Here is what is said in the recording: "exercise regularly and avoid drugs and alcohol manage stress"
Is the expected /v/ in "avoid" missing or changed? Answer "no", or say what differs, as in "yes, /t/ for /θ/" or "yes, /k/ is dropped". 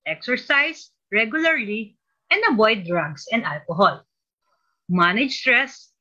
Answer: yes, /b/ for /v/